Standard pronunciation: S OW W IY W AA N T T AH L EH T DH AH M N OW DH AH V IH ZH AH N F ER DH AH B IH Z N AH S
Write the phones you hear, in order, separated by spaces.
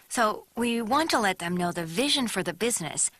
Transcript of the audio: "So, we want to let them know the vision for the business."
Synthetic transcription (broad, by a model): S OW W IY W AA N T T AH L EH T DH AH M N OW DH AH V IH ZH AH N F ER DH AH B IH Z N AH S